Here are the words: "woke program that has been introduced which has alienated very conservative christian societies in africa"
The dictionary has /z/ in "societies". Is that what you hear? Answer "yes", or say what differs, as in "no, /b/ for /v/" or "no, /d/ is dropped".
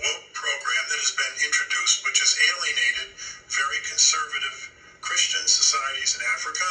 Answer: yes